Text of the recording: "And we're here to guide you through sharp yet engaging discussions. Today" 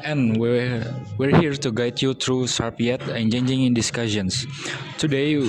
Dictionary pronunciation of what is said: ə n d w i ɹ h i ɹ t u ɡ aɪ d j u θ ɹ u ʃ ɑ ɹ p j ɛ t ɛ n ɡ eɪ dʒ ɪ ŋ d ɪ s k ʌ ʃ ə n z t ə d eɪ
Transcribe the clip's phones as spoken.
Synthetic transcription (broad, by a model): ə n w w i ɹ h i ɹ t u ɡ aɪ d j u t ɹ u s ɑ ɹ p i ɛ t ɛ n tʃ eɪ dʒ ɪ ŋ d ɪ s k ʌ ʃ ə n s t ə d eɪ